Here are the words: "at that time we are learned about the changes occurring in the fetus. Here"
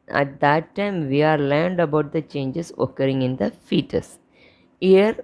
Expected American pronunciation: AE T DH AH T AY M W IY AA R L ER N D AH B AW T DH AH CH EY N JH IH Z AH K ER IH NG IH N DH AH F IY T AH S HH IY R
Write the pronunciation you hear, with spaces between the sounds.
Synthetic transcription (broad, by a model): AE T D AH T AY M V IY AA R L ER N D AH B AW T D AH CH EY N JH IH S AH K ER IH NG IH N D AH F IY T AH S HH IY R